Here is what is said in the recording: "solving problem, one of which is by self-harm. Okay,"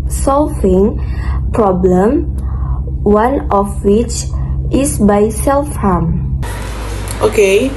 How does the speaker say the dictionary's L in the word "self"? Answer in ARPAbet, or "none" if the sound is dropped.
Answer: L